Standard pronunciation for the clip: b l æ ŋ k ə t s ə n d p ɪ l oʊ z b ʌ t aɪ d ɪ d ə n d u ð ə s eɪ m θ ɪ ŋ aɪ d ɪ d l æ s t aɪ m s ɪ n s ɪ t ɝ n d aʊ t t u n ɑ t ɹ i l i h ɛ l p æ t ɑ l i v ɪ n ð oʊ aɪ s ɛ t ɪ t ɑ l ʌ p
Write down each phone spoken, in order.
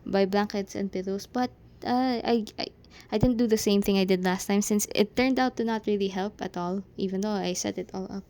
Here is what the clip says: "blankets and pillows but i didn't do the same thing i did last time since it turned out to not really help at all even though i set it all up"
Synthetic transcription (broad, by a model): b l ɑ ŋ k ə t s ə n d p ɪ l oʊ s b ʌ t aɪ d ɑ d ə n d u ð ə s eɪ m θ ɪ ŋ aɪ d ɪ d l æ s t aɪ m s ɪ n s ɪ t ɝ n d aʊ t t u n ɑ t ɹ i l i h ɛ l p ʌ t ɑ l i v ɪ n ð oʊ aɪ s ɛ t ɪ t ɑ l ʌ p